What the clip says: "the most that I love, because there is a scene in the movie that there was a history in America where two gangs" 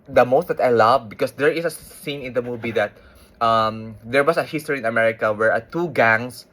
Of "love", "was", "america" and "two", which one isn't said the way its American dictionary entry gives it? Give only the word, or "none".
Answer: was